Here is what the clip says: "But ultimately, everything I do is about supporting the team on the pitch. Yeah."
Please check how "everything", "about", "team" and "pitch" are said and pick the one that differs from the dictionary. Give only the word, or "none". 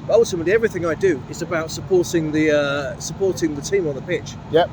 none